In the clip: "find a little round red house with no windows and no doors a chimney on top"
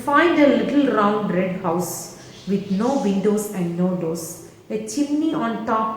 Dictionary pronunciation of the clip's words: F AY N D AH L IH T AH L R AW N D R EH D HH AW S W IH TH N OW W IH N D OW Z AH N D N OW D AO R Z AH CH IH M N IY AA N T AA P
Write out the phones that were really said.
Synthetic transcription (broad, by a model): F AY N D AH L IH T AH L R AW N D R EH D HH AW S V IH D N OW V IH N D OW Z AH N D N OW D AO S AH CH IH M N IY AA N T AA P